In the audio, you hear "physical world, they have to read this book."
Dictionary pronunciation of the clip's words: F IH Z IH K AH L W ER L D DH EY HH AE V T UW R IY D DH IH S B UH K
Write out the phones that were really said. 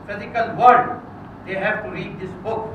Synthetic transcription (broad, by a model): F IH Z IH K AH L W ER D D EY HH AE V T UW R IY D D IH S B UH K